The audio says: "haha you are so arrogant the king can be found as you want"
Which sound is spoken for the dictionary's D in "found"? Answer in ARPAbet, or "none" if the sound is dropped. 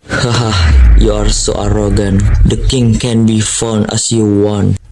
none